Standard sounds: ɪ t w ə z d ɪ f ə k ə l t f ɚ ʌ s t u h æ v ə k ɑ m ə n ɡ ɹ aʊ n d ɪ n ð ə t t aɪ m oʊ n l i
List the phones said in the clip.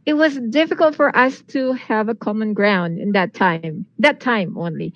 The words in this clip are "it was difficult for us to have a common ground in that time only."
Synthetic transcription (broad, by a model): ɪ t w ə z d ɪ f ə k ə l t f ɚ ʌ s t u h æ v ə k ɑ m ə n ɡ ɹ aʊ n d ɪ n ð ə t t aɪ m oʊ n l i